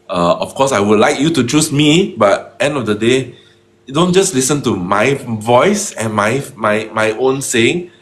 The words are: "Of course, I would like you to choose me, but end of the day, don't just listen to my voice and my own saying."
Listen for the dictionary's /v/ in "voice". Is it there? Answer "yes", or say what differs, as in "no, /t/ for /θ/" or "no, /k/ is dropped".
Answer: yes